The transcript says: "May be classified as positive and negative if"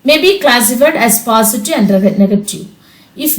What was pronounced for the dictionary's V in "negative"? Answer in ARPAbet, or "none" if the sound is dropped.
none